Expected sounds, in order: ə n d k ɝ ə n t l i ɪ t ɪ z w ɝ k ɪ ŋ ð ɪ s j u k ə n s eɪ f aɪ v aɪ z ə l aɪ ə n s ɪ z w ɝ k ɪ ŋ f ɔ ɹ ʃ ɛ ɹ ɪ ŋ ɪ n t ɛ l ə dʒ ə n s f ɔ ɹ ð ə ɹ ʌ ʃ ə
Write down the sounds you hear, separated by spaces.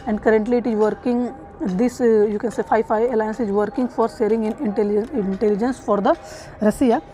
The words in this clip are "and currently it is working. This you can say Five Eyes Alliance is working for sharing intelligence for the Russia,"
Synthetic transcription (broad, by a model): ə n d k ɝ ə n t l i ɪ t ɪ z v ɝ k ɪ ŋ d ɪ s j u k ə n s eɪ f aɪ f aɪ ə l aɪ ə n s ɪ z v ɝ k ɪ ŋ f ɔ ɹ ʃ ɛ ɹ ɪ ŋ ɪ n t ɛ l ə dʒ ə n s f ɔ ɹ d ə ɹ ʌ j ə